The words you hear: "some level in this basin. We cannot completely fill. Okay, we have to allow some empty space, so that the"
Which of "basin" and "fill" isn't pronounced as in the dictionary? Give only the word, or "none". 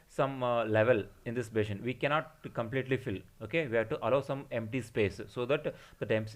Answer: basin